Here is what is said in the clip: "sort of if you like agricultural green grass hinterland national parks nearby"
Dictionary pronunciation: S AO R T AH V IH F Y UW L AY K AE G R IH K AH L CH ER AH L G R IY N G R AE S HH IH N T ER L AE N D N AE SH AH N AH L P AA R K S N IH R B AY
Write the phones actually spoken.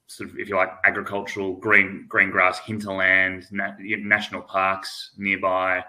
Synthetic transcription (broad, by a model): S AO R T AH V IH F Y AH L AY K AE G R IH K AH L CH ER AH N G R IY N G R AE S HH IH N T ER L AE N D N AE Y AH N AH L P AA R K S N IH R B AY